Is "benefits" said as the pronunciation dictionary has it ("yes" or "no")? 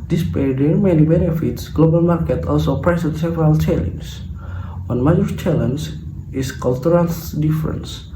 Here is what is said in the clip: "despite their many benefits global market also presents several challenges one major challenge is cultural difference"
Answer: yes